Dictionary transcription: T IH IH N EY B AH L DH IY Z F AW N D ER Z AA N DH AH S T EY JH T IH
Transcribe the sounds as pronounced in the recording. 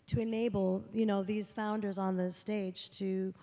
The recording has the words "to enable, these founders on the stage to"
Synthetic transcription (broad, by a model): T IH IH N EY B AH N DH IY Z F AW N D ER Z N DH AH S T EY JH T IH